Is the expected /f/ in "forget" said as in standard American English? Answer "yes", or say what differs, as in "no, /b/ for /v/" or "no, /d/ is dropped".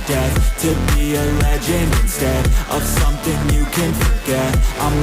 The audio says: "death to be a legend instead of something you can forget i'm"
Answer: yes